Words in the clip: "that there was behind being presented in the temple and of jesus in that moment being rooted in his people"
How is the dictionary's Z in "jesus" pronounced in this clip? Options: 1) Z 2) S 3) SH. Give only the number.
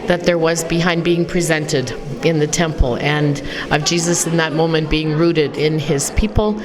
1